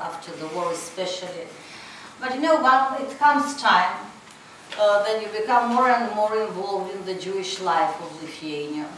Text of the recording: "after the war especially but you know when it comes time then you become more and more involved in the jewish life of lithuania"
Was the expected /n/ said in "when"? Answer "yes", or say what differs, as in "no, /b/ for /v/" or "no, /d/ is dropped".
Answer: no, /n/ is dropped